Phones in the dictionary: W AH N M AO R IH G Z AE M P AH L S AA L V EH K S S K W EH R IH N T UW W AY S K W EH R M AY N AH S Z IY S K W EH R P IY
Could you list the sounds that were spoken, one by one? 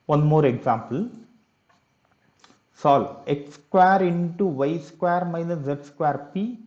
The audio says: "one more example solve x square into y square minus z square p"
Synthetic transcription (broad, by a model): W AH N M AO R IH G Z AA M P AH L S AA L EH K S S K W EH R IH N T UW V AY S K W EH R M AY N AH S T S K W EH R P IY